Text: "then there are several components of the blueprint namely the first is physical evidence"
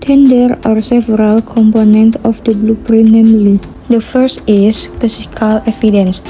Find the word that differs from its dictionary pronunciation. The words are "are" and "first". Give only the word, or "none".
none